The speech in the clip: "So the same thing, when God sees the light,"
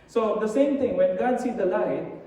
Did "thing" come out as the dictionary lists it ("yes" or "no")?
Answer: no